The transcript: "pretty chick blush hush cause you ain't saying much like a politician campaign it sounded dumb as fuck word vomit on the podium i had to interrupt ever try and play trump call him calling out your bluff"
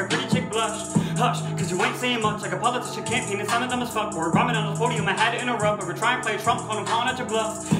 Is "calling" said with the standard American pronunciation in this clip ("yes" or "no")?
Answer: no